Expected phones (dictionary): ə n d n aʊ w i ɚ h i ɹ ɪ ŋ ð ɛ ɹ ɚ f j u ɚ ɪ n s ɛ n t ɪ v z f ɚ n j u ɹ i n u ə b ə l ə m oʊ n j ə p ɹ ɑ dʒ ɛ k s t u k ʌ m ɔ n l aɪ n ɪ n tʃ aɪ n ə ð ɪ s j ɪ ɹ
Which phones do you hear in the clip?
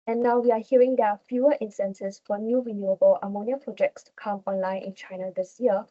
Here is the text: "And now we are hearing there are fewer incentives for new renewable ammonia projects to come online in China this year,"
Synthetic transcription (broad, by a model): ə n n aʊ w i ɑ h i ɹ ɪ ŋ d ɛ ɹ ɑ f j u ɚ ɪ n s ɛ n s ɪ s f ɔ n j u ɹ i n u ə b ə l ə m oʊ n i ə p ɹ ɑ dʒ ɛ k s t u k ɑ m ɔ n l aɪ n ɪ n tʃ aɪ n ə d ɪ s j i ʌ